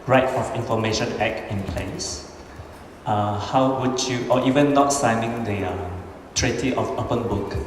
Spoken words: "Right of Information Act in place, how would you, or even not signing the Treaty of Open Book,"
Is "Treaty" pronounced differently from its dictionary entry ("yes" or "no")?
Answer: no